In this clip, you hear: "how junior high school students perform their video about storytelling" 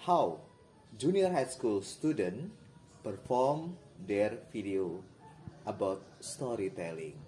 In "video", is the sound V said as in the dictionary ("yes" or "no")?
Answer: no